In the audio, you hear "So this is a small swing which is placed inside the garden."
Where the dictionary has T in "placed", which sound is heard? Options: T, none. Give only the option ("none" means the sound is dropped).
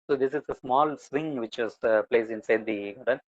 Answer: none